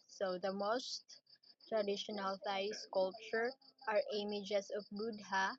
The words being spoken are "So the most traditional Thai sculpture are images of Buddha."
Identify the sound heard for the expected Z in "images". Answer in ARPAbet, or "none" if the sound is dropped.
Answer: S